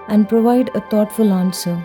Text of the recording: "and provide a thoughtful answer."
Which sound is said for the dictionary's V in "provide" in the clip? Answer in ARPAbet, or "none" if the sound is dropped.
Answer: V